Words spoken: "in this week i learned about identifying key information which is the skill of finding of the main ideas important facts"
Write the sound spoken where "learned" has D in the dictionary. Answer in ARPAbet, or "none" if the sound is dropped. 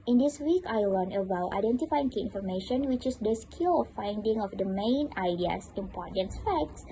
none